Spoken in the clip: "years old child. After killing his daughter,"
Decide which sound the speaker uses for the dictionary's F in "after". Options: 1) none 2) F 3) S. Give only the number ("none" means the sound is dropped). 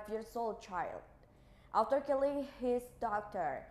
1